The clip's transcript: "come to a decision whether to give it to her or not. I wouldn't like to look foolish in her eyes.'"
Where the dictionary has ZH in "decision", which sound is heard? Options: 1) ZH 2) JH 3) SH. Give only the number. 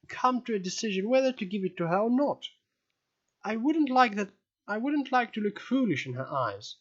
1